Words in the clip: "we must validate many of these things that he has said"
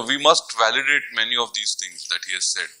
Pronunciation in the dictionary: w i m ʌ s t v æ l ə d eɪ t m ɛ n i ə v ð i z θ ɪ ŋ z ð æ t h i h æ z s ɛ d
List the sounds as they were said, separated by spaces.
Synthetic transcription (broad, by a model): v i m ʌ s t v æ l ə d eɪ t m ɛ n i ə v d i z t ɪ ŋ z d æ t h i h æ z s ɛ d